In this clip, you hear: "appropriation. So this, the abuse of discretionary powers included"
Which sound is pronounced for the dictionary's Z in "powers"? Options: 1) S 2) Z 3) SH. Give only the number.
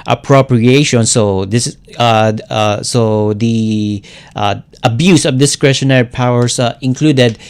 1